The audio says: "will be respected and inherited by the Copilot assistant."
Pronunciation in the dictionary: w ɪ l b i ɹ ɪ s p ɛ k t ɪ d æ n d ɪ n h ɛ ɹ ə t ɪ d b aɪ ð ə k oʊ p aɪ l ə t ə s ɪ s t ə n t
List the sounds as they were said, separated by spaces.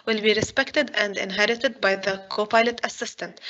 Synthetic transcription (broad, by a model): w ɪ l b i ɹ ɪ s p ɛ k t ɪ d æ n d ɪ n h ɛ ɹ ə t ɪ d b aɪ ð ə k oʊ p aɪ l ə t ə s ɪ s t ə n t